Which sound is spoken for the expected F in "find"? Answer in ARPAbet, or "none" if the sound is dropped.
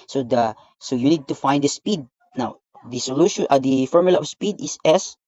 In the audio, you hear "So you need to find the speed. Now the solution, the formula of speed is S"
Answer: F